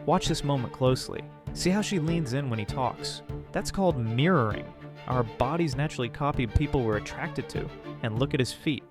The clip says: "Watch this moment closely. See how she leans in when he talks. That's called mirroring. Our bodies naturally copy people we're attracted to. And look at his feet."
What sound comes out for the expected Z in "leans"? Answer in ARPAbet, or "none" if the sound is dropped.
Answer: Z